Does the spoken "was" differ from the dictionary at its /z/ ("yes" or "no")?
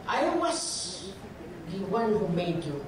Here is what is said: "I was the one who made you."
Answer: yes